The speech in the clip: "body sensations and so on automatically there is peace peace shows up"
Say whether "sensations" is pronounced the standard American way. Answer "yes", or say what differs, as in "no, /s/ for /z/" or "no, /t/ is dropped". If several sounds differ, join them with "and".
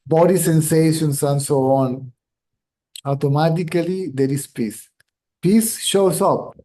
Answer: no, /s/ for /z/